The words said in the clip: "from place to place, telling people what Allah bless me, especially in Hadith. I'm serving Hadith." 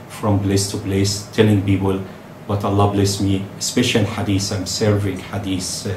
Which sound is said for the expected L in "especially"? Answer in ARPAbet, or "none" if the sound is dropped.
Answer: none